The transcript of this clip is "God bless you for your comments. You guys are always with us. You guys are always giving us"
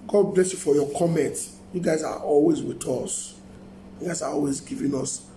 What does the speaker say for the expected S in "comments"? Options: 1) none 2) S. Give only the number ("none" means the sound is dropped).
1